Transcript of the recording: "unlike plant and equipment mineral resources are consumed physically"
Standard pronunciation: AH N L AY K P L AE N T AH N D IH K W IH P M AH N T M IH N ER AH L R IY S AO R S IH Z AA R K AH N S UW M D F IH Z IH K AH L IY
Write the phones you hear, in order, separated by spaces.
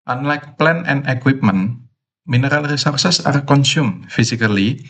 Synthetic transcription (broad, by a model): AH N L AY K P L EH N AH N D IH K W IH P M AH N M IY N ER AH L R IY S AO R S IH S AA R K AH N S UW M F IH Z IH K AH L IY